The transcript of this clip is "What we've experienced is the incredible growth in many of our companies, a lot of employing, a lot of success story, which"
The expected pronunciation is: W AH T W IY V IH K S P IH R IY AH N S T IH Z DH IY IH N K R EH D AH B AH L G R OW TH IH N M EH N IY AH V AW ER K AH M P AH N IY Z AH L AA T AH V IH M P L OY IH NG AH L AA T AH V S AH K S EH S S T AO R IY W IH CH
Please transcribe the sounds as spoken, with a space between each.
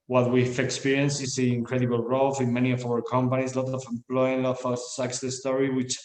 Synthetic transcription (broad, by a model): W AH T W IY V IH K S P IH R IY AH N S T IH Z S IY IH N K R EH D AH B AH L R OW F IH N M EH N IY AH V AW ER K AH M P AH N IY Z L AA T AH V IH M P L OY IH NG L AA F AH S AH K S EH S S T AO R IY W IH CH